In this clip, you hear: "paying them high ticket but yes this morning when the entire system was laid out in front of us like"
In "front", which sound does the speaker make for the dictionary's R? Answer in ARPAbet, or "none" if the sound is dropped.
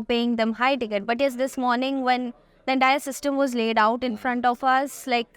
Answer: R